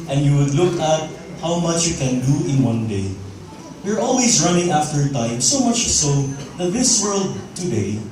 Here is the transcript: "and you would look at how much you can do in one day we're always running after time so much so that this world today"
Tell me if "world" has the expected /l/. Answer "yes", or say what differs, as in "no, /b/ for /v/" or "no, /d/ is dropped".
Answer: yes